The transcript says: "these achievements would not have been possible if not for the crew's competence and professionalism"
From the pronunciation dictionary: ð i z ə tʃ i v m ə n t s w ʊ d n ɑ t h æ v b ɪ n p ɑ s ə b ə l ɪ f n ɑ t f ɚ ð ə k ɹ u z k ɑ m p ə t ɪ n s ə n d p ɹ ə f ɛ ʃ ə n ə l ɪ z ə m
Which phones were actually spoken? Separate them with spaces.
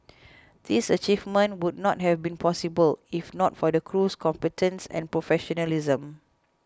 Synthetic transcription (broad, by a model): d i s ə tʃ i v m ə n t w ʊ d n ɑ t h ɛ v b ɪ n p ɑ s ə b ə l ɪ f n ɑ t f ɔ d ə k ɹ u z k ɑ m p ə t ɪ n s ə n p ɹ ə f ɛ ʃ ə n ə l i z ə m